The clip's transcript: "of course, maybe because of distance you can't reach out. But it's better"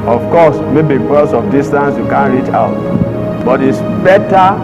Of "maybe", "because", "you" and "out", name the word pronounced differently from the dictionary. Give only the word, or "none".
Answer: because